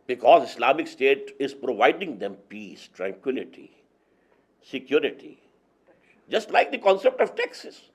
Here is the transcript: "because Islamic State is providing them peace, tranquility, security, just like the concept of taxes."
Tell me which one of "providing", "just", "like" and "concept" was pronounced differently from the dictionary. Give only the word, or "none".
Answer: none